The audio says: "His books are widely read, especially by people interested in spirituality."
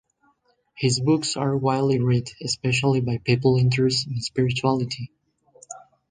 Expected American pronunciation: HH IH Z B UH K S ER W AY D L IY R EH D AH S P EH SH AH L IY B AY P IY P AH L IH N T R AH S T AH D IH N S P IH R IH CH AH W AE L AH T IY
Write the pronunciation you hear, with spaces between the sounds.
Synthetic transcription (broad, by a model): HH IH Z B UH K S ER W AY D L IY R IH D AH S P EH SH AH L IY B AY P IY P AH L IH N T AH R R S IH N S P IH R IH CH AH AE L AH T IY